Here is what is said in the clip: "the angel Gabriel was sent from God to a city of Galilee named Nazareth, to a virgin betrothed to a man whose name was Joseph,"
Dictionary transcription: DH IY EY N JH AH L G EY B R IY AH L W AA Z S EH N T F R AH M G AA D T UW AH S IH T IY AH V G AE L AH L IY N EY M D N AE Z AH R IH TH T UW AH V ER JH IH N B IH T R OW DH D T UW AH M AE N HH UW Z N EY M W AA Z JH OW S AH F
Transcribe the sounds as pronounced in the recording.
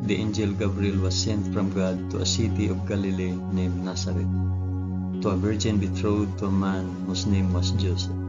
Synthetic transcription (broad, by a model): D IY EY N JH AH L G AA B R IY L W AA S EH N T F R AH M G AA D T UW AH S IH T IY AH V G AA L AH L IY N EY M N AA S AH R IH T UW AH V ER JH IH N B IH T R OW D T UW AH M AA N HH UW S N EY M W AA S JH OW S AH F